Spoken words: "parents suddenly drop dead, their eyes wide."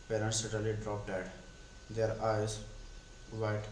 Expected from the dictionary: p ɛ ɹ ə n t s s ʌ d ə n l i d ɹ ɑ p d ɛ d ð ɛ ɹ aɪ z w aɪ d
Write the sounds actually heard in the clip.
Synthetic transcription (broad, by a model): p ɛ ɹ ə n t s s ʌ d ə l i d ɹ ɑ p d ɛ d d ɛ ɹ aɪ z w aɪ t